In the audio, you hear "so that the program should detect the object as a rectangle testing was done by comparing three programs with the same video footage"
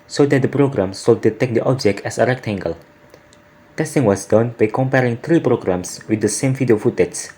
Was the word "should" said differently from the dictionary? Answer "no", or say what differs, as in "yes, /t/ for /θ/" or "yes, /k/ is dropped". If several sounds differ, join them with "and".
yes, /s/ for /ʃ/